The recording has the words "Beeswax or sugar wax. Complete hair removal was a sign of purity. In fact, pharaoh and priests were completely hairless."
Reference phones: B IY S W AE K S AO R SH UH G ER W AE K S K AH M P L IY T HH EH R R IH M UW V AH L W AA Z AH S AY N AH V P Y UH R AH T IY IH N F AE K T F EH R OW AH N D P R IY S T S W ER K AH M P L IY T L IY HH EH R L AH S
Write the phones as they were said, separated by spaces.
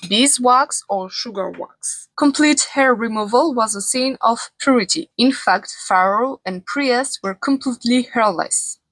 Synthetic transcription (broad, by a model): B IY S W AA K S AO R SH UH G ER W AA K S K AH M P L IY T HH EH R R IH M UW V AH L W AA Z AH S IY N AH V P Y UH R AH T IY IH N F AE K T F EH R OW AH N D P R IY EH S W ER K AH M P L IY T L IY HH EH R L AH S